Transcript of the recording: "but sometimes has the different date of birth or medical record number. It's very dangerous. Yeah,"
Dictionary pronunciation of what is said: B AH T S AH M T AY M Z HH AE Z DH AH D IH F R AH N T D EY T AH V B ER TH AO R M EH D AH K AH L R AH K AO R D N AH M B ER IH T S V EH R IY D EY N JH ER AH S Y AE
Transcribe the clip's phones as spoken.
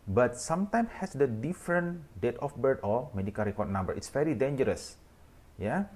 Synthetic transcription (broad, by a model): B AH T S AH M T AY M S HH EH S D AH D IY F R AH N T D EY T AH F B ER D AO L M EH D AH K AH L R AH K AO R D N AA M B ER IH T S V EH R IY D EY N JH ER AH S Y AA